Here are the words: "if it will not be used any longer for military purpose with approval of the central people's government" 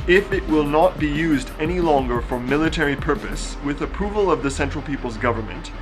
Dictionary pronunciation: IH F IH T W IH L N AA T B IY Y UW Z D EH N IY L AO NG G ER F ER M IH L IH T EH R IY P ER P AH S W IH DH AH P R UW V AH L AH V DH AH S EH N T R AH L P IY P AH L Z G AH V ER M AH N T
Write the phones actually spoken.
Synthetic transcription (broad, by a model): IH F IH T W IH L N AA T B IY Y UW Z D EH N IY L AO NG G ER F ER M IH L IH T EH R IY P ER P AH S W IH DH AH P R UW V AH L AH V DH AH S EH N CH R L P IY P L Z G AH V ER M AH N T